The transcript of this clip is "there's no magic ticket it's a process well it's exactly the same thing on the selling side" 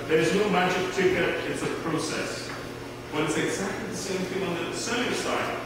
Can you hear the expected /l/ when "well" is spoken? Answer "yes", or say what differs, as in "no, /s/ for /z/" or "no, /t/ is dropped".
no, /n/ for /l/